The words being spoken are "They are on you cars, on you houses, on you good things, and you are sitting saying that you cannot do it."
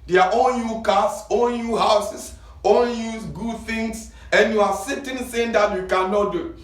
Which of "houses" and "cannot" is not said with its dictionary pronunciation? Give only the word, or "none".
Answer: houses